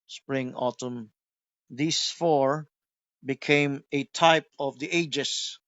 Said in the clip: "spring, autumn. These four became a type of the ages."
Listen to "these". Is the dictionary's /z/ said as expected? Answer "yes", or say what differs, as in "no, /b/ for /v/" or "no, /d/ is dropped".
no, /s/ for /z/